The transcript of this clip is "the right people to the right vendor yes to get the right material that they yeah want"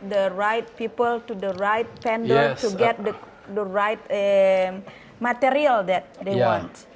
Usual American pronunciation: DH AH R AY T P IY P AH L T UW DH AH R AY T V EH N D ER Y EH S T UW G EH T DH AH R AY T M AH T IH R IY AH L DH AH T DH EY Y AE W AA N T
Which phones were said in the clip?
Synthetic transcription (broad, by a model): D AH R AY T P IY P AH L T UW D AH R AY T P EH N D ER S T UW G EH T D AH R AY T M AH T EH R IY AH L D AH T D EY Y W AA N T